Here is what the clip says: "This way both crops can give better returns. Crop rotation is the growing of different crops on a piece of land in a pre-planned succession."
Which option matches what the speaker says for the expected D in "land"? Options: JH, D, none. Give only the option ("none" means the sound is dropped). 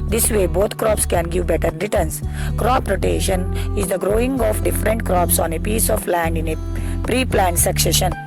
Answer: D